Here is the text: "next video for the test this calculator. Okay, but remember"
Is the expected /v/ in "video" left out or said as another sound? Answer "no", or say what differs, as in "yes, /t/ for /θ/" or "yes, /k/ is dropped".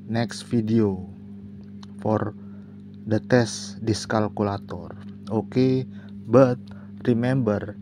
yes, /f/ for /v/